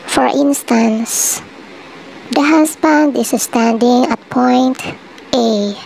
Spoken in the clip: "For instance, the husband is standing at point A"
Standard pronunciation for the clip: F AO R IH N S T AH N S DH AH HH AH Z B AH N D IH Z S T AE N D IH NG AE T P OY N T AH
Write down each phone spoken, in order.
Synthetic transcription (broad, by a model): F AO R IH N S T AH N S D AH HH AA S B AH N D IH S S T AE N D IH NG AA T P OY N T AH